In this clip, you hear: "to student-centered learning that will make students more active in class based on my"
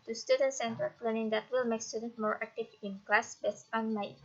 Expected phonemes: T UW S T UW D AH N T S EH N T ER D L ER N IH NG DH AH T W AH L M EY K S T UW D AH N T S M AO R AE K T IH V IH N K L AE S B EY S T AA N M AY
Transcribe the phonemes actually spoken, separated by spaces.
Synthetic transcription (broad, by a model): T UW S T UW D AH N S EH N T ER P L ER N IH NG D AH T W AH L M EY K S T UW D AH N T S M AO R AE K T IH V IH N K L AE S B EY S AA N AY